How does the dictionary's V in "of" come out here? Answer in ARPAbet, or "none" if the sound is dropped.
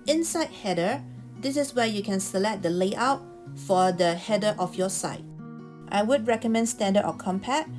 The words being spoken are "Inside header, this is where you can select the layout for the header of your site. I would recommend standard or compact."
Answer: F